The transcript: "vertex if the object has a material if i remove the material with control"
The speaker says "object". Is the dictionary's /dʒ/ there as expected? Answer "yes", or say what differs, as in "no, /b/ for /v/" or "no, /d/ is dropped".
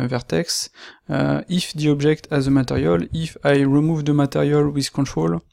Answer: no, /ʒ/ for /dʒ/